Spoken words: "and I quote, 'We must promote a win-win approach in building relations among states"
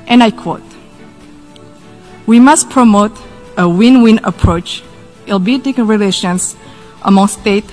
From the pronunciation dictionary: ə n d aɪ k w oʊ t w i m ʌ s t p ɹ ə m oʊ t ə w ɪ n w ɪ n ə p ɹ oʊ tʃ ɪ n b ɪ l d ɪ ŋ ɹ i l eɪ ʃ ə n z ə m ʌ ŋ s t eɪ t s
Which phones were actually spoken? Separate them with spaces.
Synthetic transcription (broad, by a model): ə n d aɪ k w oʊ t w i m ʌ s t p ɹ ə m oʊ t ə w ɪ n w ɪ n ə p ɹ oʊ tʃ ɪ l b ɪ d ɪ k ɹ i l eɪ ʃ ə n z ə m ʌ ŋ s t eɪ t